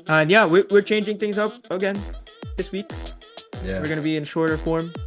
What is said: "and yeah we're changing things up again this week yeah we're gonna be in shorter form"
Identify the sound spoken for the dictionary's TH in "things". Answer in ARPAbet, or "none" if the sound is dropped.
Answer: TH